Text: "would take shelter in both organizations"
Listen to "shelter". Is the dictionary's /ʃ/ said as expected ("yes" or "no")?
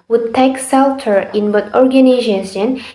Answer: no